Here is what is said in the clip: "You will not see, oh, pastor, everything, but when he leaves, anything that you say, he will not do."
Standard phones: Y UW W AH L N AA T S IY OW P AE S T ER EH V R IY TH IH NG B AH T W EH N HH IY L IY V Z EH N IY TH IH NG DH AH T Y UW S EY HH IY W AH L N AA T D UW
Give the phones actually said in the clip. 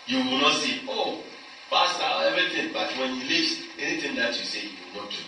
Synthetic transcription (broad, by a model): Y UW W AH L N AA T S IY OW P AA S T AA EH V IY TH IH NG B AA T W EH N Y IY L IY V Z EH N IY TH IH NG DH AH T Y UW S EY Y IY W AH L N AA T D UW